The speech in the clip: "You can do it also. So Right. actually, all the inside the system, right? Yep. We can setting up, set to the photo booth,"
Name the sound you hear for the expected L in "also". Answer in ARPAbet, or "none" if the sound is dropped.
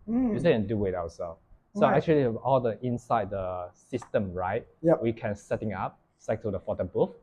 W